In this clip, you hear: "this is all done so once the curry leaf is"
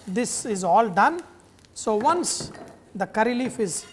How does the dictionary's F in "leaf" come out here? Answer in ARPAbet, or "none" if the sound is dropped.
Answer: F